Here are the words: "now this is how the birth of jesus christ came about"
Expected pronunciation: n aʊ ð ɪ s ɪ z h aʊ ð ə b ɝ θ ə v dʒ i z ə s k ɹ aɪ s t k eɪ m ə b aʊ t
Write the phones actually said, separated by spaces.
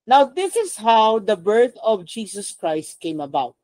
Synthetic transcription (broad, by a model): n aʊ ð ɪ s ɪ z h aʊ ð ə b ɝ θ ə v dʒ i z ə s k ɹ aɪ s t k eɪ m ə b aʊ t